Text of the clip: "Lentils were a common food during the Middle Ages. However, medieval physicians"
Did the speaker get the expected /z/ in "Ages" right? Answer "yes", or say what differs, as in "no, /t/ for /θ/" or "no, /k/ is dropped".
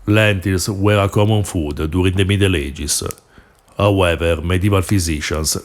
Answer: no, /s/ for /z/